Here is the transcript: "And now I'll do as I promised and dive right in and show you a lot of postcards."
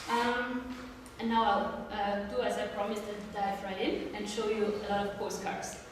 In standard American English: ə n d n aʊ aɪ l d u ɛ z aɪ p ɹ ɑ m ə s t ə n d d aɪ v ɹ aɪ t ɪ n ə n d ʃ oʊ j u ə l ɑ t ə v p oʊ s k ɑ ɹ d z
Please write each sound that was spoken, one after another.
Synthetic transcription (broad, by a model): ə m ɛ n aʊ aɪ l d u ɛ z aɪ p ɹ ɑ m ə s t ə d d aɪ f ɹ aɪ ɪ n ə n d ʃ oʊ j u ə l ɑ t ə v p oʊ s k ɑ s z